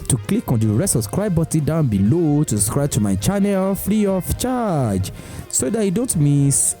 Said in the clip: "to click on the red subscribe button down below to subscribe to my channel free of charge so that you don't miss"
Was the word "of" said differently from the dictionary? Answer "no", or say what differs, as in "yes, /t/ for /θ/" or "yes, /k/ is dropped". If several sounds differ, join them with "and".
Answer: yes, /f/ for /v/